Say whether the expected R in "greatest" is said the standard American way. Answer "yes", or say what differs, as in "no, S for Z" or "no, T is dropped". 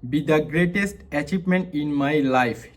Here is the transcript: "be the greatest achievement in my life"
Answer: yes